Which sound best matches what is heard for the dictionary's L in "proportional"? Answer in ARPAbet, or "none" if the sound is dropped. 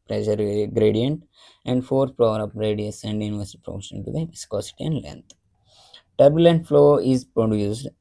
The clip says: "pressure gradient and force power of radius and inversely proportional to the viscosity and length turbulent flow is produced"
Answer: N